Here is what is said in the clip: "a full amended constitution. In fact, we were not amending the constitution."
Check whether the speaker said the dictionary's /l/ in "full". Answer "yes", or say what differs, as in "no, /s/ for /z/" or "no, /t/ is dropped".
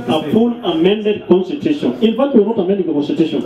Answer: no, /n/ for /l/